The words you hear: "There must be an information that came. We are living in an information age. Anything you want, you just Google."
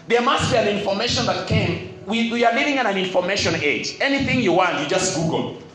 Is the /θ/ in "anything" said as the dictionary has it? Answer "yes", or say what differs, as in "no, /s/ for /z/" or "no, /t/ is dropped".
yes